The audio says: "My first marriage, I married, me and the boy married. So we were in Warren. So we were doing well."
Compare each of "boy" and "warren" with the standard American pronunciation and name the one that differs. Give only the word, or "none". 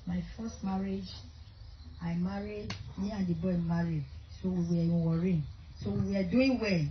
none